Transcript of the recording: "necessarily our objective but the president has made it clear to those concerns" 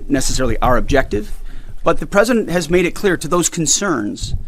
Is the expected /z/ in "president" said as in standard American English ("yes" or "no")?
yes